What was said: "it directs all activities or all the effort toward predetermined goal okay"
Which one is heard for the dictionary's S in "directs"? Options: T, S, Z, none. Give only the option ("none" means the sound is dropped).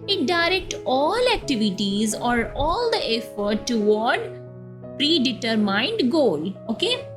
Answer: none